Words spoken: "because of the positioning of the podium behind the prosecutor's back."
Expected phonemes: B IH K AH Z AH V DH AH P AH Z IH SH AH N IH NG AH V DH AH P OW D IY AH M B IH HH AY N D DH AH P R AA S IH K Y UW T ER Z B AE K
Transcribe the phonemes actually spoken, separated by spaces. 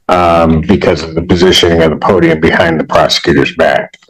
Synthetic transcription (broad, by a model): B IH K AH Z AH V DH AH P AH Z IH SH AH N IH NG AH V DH AH P OW D IY AH M B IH HH AY N DH AH P R AA S IH K Y UW T ER Z B AE K